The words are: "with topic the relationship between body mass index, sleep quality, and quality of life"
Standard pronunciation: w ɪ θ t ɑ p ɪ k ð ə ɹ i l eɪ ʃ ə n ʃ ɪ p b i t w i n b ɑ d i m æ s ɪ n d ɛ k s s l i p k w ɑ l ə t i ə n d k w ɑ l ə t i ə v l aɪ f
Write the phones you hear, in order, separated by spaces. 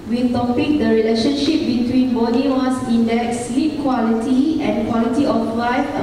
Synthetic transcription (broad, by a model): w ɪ t ɑ p ɪ k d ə ɹ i l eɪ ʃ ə n ʃ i p b i t w i n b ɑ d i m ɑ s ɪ n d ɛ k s s l i p k w ɑ l ə t i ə n k w ɑ l ə t i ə f l aɪ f